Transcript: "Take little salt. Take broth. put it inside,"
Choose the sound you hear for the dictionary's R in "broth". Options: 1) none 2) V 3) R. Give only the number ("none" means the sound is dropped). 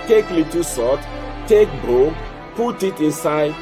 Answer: 1